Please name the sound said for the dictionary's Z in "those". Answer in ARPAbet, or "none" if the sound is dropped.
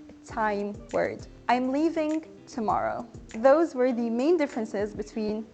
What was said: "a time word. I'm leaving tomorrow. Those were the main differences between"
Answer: Z